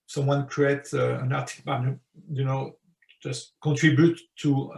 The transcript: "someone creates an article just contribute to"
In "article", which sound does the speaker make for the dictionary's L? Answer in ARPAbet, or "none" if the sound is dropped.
N